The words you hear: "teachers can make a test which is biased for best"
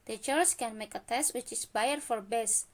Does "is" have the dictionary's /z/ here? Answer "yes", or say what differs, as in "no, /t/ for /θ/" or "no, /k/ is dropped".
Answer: no, /s/ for /z/